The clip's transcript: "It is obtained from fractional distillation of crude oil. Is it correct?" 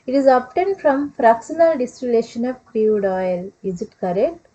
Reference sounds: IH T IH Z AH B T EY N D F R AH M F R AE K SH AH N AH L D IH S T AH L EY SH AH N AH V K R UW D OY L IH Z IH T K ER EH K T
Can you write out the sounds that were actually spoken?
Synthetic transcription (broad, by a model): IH T IH Z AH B T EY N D F R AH M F R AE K S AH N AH L D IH S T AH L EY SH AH N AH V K R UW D OY L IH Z IH T K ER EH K T